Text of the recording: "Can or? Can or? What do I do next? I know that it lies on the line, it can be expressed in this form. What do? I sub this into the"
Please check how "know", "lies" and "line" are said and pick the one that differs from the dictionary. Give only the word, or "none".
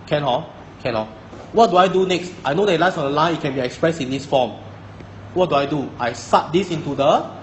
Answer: lies